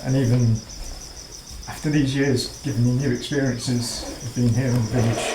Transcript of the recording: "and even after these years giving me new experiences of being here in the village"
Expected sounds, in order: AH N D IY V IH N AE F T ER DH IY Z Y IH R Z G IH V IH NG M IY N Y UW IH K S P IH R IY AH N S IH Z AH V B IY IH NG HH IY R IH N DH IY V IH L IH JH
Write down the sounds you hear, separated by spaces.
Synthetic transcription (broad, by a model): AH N IY V IH N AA F T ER DH IY Z Y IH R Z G IH V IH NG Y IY N Y UW IH K S P IH R IY AH N S IH Z AH V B IY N HH IY R IH N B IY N